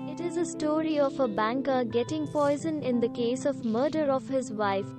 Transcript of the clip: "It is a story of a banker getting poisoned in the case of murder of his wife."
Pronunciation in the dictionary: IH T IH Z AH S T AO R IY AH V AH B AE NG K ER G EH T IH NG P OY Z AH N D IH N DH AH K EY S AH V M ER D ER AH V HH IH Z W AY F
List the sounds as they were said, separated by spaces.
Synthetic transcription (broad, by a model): IH T IH Z AH S T AO R IY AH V AH B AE NG K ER G EH T IH NG P OY Z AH N IH N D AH K EY S AH V M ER D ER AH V HH IH Z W AY F